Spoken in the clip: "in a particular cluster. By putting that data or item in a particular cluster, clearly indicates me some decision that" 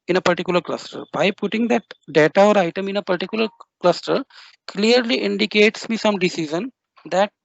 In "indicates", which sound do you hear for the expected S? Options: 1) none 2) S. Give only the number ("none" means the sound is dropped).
2